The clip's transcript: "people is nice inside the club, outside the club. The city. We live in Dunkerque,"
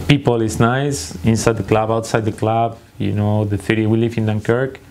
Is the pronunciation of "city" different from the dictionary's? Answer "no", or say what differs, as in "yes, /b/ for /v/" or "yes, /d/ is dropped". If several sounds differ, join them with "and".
yes, /θ/ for /s/